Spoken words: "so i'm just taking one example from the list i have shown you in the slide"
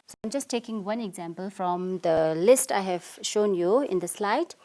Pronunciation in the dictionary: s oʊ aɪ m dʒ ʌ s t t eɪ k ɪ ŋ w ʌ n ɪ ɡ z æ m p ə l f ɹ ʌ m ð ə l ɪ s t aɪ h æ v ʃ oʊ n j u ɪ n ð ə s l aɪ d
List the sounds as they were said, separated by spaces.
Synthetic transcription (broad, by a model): s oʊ aɪ m dʒ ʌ s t t eɪ k ɪ ŋ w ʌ n ɪ ɡ z æ m p ə l f ɹ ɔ m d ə l ɪ s t aɪ h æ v ʃ oʊ n j u ɪ n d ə s l aɪ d